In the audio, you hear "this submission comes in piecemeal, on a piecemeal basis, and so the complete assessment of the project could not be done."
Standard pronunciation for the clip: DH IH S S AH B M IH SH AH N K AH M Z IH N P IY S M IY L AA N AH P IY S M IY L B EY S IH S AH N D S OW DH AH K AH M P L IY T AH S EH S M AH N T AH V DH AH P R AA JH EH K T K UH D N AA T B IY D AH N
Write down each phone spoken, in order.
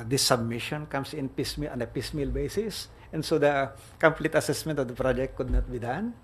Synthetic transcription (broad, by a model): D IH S S AH B M IH SH AH N K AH M S IH N P IY S M IY L AA N AH P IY S M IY L B EY S IH S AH N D S OW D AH K AH M P L IY T AH S EH S M AH N T AH V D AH P R AA JH EH K T K UH D N AA T B IY D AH N